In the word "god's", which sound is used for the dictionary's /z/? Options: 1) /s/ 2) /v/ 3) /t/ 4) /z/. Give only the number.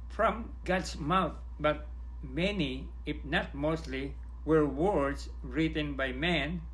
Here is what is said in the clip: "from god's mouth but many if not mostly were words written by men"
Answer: 1